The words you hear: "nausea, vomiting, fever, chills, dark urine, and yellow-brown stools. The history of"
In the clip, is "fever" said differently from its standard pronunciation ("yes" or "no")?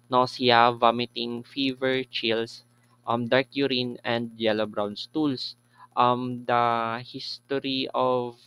no